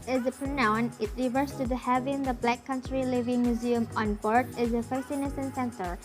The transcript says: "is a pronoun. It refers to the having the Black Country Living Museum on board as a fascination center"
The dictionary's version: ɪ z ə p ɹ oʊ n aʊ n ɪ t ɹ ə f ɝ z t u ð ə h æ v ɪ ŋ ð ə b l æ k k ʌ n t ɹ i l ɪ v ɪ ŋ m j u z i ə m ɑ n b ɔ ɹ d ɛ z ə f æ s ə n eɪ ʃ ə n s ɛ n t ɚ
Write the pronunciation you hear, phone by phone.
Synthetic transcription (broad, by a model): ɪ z ə p ɹ oʊ n aʊ n ɪ t ɹ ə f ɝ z t u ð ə h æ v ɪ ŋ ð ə b l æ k k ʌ n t ɹ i l ɪ v ɪ ŋ m j u z i ə m ɑ n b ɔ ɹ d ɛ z ə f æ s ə n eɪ s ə n s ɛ n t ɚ